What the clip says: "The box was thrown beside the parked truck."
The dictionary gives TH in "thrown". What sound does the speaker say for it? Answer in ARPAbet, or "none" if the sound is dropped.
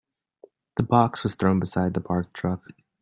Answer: TH